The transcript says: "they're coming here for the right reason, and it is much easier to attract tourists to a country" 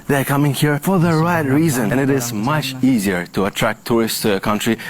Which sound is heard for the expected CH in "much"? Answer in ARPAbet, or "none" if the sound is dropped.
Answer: CH